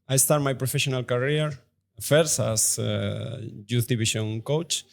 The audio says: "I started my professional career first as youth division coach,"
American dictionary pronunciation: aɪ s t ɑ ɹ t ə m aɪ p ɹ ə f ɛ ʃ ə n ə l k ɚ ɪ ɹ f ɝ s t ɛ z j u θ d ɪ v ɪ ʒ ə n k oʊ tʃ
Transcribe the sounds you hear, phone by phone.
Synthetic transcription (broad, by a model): aɪ s t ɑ ɹ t m aɪ p ɹ ə f ɛ ʃ ə n ə l k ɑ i ɹ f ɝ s ɑ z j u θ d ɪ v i ʃ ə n k oʊ tʃ